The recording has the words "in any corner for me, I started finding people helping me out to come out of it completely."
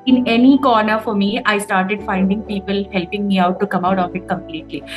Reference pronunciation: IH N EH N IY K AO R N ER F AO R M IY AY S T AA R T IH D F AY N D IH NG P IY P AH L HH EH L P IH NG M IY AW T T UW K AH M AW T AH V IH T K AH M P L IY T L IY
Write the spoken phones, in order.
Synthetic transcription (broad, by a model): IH N EH N IY K AO R N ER F AO R M IY AY S T AA R T IH D F AY N D IH NG P IY P AH L HH EH L P IH NG M IY AW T T UW K AH M AW T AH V IH T K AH M P L IY T L IY